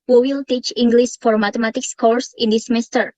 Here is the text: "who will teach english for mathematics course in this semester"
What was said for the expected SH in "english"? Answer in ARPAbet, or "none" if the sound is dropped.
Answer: S